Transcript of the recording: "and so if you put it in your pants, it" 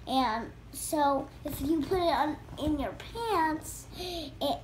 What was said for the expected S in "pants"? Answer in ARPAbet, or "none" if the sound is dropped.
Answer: S